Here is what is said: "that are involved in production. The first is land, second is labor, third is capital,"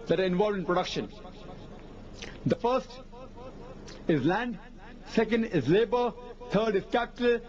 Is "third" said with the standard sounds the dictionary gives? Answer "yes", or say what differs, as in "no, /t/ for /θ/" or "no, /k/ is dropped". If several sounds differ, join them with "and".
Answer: no, /t/ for /θ/